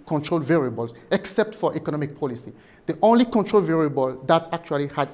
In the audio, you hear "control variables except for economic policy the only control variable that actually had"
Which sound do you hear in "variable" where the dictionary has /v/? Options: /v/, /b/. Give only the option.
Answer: /v/